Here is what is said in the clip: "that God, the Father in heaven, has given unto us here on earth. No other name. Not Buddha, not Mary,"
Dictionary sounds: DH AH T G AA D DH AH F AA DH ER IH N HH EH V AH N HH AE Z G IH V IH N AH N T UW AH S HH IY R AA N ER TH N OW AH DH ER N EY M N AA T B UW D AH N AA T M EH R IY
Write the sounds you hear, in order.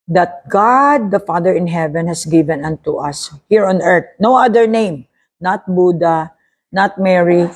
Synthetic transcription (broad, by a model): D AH T G AA D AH F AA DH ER IH N HH EH V AH N HH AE S G IH V IH N AH N T UW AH S HH IY R AA N ER T N OW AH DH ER N EY M N AA T B UW D AH N AA T M EH R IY